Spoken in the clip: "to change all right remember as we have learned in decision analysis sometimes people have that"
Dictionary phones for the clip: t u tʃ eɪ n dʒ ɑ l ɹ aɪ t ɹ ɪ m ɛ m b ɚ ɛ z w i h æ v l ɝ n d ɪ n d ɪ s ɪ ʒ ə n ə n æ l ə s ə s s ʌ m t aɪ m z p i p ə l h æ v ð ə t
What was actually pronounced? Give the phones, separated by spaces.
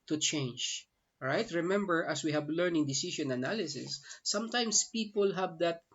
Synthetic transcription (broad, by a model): t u tʃ eɪ n dʒ ɹ aɪ t ɹ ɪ m ɛ m b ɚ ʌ s w i h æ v l ɝ n ɪ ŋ d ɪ s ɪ ʃ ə n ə n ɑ l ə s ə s s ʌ m t aɪ m s p i p ə l h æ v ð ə t